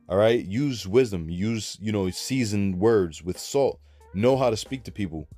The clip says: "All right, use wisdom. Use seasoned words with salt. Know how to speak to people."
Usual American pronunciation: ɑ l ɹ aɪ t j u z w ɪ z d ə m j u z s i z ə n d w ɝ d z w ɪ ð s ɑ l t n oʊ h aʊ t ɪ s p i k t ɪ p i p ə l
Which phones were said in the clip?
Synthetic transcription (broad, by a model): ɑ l ɹ aɪ t j u z w ɪ z d ə m j u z s i z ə n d w ɝ d z w ɪ ð s ɑ l t n oʊ h aʊ t ɪ s p i k t ɪ p i p l